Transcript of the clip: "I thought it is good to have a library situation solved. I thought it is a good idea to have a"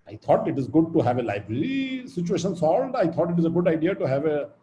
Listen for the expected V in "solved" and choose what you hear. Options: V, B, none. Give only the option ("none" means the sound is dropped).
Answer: none